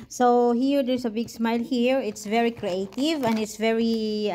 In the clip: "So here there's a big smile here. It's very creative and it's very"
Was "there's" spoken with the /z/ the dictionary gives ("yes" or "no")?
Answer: no